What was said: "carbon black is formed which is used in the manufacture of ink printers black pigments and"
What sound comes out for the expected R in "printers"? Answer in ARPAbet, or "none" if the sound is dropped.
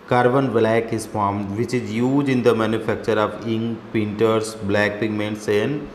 none